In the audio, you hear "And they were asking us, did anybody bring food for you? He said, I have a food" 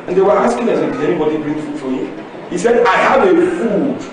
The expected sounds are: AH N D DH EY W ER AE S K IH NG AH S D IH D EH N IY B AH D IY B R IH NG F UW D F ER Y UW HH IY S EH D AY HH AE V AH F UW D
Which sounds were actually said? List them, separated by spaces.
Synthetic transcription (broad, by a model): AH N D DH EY W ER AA S K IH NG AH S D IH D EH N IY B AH D IY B R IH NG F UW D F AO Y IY HH IY S EH D AY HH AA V AH F UW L